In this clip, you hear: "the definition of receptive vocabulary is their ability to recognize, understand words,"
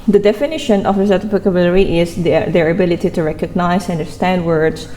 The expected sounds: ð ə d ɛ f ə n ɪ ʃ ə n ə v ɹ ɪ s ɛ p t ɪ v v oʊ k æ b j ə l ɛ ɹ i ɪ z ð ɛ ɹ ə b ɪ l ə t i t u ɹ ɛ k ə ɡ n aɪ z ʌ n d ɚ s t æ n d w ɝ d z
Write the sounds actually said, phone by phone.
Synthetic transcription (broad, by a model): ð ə d ɛ f ə n ɪ ʃ ə n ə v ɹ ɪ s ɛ t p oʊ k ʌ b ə l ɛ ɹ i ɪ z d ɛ ɹ ə b ɪ l ə t i t u ɹ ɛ k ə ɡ n aɪ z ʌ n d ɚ s t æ n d w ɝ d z